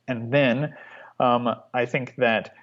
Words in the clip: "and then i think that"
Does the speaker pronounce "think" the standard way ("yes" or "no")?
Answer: yes